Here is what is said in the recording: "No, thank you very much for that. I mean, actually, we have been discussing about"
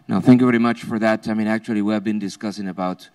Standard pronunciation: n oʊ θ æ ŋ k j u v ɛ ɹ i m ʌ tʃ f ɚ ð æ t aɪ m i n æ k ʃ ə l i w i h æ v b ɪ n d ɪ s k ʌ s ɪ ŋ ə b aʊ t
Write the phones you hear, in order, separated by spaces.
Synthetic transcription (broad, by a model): n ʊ θ æ ŋ k j u v ɛ ɹ i m ʌ tʃ f ɚ ð æ t aɪ m i n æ k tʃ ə l i w i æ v b ɪ n d ɪ s k ʌ s ɪ ŋ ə b aʊ t